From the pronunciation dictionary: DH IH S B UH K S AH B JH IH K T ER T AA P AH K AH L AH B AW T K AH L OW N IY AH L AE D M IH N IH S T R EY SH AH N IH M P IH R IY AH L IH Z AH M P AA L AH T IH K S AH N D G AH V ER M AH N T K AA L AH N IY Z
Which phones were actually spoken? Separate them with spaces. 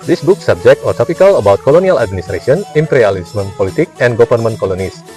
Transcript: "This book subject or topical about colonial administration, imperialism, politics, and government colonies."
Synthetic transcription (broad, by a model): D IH S B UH K S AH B JH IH K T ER T AA P AH K AH L AH B AW T K AH L OW N IY AH L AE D M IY N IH S T R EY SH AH N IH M P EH R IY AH L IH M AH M P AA L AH T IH K AH N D G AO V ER M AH N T K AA L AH N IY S